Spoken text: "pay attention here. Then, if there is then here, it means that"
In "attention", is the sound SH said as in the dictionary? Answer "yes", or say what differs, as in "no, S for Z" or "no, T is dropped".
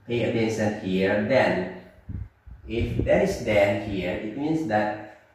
no, S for SH